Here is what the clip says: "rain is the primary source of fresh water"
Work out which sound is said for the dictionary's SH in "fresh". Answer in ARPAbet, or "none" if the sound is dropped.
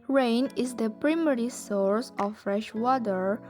SH